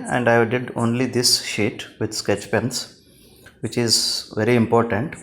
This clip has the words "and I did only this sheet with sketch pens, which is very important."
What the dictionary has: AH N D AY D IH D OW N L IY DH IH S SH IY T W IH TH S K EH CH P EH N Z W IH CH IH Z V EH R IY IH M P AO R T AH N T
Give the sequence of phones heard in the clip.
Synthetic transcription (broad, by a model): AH N D AY D IH D OW N L IY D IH S SH IY T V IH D S K EH CH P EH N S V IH CH IH Z V EH R IY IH M P AO R T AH N T